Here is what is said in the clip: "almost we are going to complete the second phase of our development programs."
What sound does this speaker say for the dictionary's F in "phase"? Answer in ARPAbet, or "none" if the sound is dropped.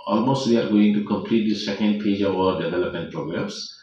P